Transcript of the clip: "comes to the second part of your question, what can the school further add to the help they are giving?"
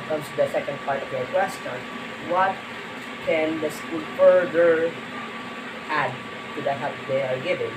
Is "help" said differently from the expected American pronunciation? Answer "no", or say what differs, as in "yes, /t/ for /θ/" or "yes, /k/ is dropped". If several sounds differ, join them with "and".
yes, /l/ is dropped